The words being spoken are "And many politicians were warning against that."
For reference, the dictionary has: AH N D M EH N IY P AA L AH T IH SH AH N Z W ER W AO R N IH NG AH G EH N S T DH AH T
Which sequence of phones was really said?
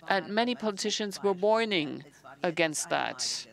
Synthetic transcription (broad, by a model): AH N M EH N IY P AA L AH T IH SH AH N Z W ER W AO R N IH NG AH G EH N S T DH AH T